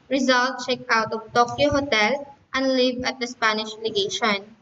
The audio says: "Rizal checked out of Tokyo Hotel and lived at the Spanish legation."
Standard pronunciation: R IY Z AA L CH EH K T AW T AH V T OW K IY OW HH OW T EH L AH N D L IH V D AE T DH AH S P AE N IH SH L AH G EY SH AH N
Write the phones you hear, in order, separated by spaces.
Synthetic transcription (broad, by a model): R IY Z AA L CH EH K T AW T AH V T OW K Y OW HH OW T EH L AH N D L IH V AH T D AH S P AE N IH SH L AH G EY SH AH N